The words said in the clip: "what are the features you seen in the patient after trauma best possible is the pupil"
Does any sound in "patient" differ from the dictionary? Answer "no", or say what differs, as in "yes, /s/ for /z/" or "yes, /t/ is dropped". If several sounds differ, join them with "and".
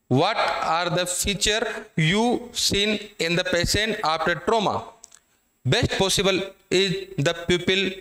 yes, /s/ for /ʃ/